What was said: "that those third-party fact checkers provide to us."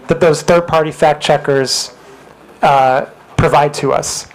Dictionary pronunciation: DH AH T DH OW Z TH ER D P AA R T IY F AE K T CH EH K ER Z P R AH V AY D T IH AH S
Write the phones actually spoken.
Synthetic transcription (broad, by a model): DH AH T DH OW Z TH ER D P AA R T IY F AE K CH EH K ER Z P R AH V AY D T IH AH S